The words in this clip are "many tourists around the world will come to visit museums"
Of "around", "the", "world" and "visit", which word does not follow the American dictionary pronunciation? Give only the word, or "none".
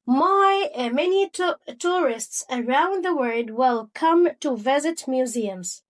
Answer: world